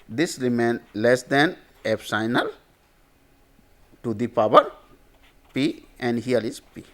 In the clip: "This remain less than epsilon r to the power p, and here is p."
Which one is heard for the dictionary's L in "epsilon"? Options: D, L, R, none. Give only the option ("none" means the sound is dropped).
none